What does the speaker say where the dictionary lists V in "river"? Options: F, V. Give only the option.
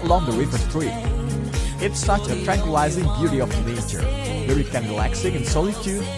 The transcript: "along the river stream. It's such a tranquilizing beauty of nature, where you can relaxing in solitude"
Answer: F